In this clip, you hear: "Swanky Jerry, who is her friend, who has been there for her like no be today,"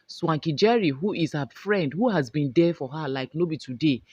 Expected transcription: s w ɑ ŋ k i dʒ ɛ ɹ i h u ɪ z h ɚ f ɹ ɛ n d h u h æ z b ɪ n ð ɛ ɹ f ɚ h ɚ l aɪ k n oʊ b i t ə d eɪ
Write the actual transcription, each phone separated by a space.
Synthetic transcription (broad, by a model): s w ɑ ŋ k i dʒ ɛ ɹ i h u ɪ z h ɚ f ɹ ɛ n d h u h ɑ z b ɪ n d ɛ f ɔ h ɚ l aɪ k n oʊ b i t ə d eɪ